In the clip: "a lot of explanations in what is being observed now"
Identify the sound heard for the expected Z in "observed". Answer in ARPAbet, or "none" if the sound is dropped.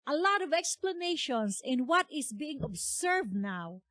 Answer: S